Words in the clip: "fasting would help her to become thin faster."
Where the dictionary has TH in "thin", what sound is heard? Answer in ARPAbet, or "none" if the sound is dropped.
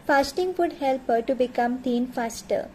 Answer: T